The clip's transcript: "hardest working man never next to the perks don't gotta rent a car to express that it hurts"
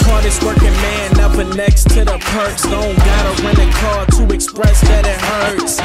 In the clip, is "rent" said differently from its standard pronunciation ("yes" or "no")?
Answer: yes